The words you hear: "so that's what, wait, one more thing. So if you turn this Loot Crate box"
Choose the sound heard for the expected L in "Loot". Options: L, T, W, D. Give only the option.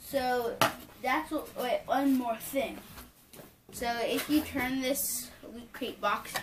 W